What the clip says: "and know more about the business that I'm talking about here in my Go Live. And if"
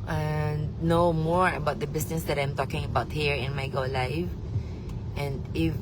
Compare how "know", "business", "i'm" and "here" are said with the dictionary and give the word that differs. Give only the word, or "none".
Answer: business